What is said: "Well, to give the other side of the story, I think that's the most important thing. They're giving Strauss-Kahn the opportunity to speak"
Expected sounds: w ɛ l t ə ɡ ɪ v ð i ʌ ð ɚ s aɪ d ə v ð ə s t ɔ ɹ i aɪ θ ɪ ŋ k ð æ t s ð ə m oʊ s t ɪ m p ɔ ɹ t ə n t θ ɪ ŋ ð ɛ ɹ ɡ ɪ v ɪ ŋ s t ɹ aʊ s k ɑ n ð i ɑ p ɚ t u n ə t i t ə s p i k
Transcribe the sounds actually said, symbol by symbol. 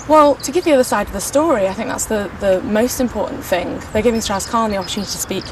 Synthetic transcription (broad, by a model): w ɛ l t ə ɡ ɪ v ð i ʌ ð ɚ s aɪ d ə v ð ə s t ɔ ɹ i aɪ θ ɪ ŋ k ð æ t s ð ə m oʊ s t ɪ m p ɔ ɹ t n θ ɪ ŋ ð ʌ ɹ ɡ ɪ v ɪ ŋ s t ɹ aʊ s k ɑ n ð i ɑ p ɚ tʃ u n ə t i t ə s p i k